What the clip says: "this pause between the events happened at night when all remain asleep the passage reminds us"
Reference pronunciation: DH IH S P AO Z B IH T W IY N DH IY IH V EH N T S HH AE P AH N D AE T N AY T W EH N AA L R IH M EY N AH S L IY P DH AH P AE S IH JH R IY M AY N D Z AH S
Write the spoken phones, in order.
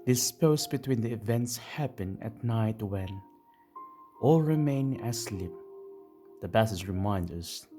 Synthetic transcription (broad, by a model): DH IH S P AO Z B IH T W IY N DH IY IH V EH N T S HH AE P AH N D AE T N AY T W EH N AA L R IH M EY N AH S L IY P DH AH B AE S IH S R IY M AY N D AH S